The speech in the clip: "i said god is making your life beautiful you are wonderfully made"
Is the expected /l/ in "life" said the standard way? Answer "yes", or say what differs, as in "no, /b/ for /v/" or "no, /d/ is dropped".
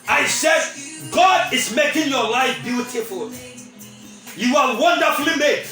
yes